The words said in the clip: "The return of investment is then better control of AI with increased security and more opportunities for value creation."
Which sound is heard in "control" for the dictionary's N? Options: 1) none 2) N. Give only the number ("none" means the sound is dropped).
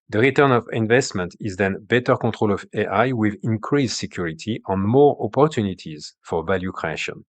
1